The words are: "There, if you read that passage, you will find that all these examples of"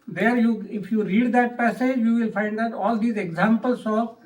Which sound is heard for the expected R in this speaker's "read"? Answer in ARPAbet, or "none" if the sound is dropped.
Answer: R